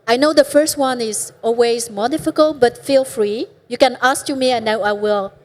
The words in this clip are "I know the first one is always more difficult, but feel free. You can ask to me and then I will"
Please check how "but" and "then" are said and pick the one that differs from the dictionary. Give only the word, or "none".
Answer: then